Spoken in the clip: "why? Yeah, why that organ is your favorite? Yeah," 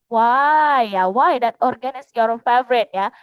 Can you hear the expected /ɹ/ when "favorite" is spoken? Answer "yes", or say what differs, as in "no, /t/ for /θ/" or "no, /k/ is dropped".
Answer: yes